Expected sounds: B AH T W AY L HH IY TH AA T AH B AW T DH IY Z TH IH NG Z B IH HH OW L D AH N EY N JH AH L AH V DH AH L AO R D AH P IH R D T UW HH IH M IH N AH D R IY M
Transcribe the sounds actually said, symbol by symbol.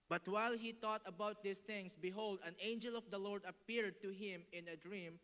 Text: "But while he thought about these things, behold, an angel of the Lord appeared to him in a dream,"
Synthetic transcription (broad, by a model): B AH T W AY L HH IY T AA T AH B AW T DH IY S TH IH NG S B IH HH OW L D AH N EY N JH AH L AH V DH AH L AO R D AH P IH R D T UW HH IH M IH N AH D R IY M